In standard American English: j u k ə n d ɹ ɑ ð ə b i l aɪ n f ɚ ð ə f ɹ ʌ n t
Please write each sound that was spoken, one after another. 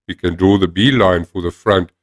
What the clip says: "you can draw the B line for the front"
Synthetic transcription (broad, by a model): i k ə n d ɹ ɑ ð ə b i l aɪ n f ɚ ð ə f ɹ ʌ n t